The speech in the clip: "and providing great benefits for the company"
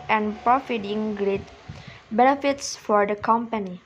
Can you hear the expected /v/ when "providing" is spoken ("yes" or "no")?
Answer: no